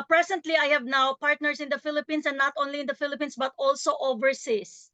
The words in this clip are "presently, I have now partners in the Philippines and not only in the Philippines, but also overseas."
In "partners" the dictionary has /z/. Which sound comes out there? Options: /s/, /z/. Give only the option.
/s/